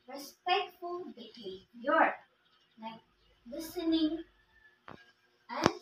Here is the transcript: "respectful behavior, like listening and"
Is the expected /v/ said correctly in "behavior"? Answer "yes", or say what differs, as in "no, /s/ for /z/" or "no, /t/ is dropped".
no, /v/ is dropped